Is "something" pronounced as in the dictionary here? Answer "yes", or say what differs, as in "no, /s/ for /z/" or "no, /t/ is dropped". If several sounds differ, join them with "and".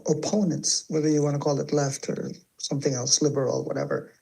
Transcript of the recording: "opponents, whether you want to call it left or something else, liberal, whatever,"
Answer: yes